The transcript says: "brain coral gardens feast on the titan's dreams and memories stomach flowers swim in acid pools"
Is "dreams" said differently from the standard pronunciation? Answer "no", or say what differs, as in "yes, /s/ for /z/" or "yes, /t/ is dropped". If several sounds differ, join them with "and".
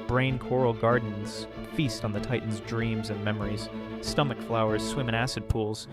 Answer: no